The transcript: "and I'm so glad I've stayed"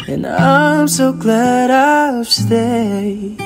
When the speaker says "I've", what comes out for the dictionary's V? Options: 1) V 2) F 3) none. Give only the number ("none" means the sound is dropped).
2